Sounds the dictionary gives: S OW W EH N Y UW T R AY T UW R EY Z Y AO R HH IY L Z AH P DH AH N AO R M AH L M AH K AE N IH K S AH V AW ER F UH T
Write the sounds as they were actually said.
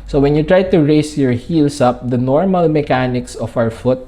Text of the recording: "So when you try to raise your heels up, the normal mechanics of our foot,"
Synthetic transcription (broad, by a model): S OW W EH N Y UW T R AY T UW R EY S Y AO R HH IY L S AH P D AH N AO R M AH L M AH K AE N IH K S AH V AW ER F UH T